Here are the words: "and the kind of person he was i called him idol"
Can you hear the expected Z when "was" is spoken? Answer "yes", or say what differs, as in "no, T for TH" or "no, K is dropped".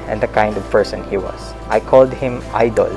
no, S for Z